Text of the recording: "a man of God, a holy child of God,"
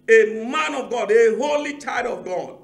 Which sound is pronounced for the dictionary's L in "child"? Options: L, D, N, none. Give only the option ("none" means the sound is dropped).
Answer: none